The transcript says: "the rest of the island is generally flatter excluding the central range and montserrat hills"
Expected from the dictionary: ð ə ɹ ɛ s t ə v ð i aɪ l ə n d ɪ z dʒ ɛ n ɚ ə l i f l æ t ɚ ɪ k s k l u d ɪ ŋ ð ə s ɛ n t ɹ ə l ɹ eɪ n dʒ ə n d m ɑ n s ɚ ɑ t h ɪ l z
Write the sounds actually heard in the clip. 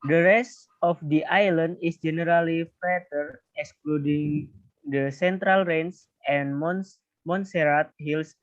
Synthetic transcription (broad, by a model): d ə ɹ ɛ s t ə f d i aɪ l ə n d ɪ s dʒ ɛ n ɚ ə l i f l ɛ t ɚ ɪ k s k l u d ɪ ŋ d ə s ɛ n t ɹ ə l ɹ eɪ n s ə n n m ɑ n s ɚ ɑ t h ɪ l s